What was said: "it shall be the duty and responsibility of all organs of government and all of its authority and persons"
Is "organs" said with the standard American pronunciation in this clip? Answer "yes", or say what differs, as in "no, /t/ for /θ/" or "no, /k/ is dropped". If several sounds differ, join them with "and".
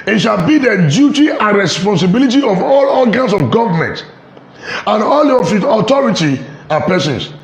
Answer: no, /l/ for /ɹ/ and /s/ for /z/